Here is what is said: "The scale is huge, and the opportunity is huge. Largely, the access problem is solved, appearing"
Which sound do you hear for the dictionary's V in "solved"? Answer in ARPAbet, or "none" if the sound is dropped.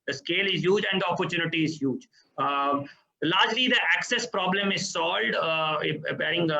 none